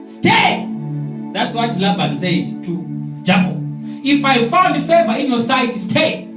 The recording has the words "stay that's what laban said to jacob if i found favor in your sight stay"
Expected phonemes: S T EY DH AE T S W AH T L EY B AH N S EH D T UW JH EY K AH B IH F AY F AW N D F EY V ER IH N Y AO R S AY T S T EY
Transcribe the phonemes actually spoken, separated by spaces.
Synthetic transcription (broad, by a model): S T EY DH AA T S W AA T L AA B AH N S EH D T UW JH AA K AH IH F AY F AW N D F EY V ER IH N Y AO S AY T S T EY